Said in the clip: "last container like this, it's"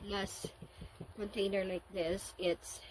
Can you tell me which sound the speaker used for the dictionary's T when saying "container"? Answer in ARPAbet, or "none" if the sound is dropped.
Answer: T